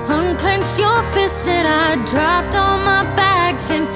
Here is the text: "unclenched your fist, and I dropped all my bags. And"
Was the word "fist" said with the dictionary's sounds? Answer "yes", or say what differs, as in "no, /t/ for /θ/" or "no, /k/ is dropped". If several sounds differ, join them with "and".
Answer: no, /t/ is dropped